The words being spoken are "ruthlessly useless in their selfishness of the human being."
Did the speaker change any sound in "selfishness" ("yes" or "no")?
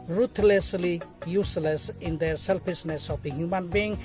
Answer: yes